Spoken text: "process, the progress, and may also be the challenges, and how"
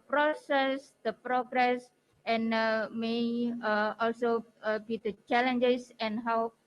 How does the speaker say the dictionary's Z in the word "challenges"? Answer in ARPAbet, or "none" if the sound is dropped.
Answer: S